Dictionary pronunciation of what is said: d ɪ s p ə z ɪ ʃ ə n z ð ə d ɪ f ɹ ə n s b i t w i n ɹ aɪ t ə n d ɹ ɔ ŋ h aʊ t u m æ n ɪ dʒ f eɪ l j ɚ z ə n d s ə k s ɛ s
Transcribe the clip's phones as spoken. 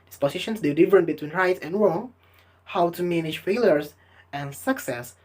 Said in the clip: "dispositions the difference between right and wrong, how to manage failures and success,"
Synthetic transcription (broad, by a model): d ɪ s p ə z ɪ ʃ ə n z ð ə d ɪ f ɹ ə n b i t w i n ɹ aɪ t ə n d ɹ ɔ ŋ h aʊ t u m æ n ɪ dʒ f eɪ l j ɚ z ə n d s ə k s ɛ s